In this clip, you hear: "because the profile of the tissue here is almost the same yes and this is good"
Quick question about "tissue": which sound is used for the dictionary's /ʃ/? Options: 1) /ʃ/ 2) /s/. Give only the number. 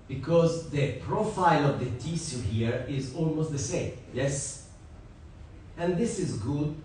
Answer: 2